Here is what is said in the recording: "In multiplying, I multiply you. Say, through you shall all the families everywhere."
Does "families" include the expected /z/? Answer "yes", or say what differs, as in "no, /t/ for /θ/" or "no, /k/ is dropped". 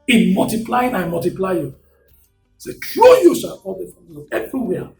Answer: no, /z/ is dropped